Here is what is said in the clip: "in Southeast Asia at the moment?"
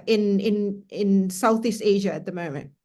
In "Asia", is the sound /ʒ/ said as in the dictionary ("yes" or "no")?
yes